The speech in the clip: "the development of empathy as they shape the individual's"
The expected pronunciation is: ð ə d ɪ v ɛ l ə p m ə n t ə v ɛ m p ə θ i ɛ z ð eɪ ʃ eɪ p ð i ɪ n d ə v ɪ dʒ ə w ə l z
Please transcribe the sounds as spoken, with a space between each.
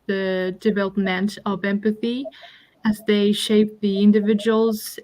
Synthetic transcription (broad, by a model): ð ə d ɪ v ɛ l ə p m ə n t ə v ɛ m p ə θ i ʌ z ð eɪ ʃ eɪ p ð i ɪ n d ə v ɪ dʒ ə w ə l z